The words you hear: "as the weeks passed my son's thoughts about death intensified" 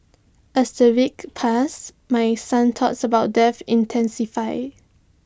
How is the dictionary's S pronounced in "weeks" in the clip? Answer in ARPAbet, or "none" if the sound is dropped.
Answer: none